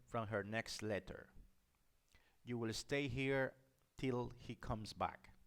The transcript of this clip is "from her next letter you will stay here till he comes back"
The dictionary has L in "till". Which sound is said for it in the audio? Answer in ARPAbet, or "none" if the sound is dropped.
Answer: L